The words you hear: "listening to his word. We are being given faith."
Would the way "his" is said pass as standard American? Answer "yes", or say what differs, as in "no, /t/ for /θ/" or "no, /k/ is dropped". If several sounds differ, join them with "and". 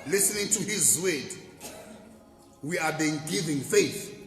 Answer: yes